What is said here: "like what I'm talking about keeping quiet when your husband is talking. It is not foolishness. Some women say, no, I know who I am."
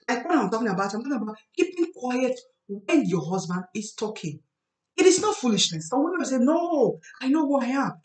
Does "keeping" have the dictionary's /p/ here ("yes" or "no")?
yes